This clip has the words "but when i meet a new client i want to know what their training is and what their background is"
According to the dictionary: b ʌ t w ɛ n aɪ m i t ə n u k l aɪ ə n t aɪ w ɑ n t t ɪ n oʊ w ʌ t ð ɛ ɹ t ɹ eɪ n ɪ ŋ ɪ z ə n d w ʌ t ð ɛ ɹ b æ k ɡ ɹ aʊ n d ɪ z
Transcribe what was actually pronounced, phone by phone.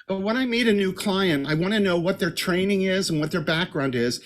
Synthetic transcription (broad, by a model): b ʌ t w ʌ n aɪ m i t ə n u k l aɪ ə n t aɪ w ɑ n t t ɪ n oʊ w ʌ t ð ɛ ɹ t ɹ eɪ n ɪ ŋ ɪ z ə n w ʌ t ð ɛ ɹ b æ k ɡ ɹ aʊ n d ɪ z